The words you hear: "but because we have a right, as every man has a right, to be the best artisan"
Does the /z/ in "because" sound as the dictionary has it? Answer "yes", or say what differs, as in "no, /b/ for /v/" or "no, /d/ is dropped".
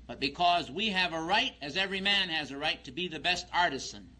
yes